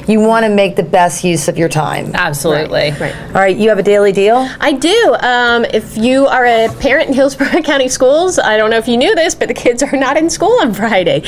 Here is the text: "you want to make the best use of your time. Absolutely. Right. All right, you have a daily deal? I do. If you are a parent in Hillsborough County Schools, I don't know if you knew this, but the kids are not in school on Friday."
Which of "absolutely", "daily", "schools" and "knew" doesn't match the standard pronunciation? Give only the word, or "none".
none